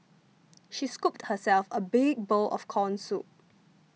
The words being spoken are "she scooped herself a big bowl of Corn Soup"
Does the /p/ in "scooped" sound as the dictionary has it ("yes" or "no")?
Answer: yes